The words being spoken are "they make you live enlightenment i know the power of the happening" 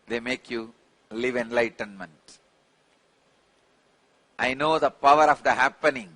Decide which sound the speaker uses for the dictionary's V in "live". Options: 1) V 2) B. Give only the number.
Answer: 1